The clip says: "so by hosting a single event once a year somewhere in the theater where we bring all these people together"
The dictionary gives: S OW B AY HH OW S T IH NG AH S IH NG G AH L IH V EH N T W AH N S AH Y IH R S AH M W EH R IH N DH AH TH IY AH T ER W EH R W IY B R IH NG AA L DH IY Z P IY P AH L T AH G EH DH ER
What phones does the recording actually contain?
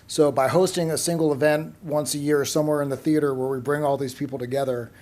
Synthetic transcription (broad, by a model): S OW B AY HH OW S T IH NG AH S IH NG G L IH V EH N T W AH N S AH Y IH R S AH M W EH R IH N DH AH TH IY AH T ER W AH R W IY B R IH NG AA L DH IY Z P IY P L T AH G EH DH ER